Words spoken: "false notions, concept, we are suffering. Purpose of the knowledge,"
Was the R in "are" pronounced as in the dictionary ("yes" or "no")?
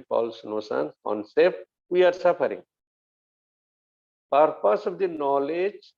yes